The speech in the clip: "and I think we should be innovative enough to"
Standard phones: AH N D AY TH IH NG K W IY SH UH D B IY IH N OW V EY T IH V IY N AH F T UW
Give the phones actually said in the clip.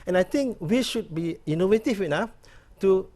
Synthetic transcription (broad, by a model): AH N AY T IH NG K W IY SH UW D B IY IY N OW V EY T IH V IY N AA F T UW